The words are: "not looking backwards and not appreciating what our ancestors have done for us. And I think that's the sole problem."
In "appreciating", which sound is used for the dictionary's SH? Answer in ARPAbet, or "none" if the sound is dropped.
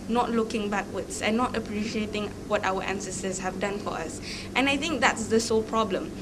SH